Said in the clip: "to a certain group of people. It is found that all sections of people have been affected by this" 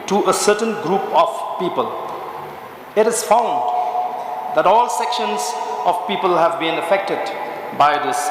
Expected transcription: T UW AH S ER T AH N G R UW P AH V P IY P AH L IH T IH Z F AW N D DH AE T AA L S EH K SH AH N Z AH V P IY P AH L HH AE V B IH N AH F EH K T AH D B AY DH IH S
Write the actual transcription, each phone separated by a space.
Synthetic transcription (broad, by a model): T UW AH S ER T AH N G R UW P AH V P IY P AH L IH T IH Z F AW N D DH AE T AA L S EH K SH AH N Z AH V P IY P AH L HH AE V B IH N AH F EH K T AH D B AY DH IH S